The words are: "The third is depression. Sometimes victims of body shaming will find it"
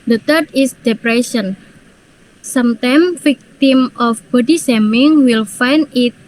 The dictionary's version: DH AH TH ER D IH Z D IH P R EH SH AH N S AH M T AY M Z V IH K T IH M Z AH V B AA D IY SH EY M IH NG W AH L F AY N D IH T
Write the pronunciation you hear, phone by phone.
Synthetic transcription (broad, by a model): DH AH T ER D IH S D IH P R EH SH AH N S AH M T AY M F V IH K T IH M AH F B AA D IY S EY M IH NG W AH L F AY N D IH T